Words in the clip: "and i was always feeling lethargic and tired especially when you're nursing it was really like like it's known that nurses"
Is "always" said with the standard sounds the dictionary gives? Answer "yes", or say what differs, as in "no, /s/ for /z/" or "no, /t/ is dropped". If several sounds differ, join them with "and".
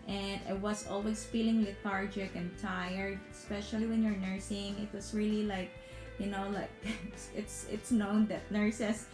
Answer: no, /s/ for /z/